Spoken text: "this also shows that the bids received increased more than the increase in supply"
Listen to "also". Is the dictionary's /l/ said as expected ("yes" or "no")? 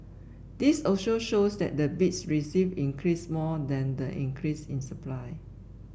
no